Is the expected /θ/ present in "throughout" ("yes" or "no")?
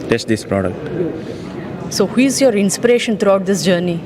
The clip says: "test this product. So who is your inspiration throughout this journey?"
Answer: no